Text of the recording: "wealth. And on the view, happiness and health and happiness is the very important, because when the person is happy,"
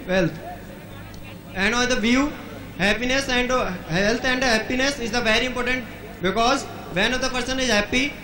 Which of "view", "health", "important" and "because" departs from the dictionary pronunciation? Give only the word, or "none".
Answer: health